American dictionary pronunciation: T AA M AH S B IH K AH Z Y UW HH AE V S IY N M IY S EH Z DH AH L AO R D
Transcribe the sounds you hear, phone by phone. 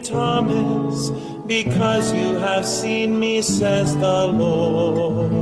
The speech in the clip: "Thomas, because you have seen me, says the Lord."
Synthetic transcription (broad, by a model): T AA M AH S B IH K AH Z Y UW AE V S IY N M IY S EH Z DH AH L AO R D